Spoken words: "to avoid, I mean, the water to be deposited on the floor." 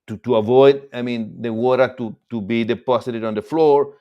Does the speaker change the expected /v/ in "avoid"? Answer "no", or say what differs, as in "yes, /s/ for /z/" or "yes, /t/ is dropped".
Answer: no